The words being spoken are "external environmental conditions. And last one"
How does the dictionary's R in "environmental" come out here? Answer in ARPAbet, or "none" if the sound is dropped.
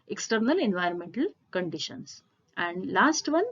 R